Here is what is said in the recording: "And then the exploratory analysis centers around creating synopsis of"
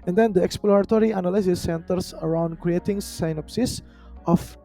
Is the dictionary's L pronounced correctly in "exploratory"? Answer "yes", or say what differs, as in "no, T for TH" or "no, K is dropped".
yes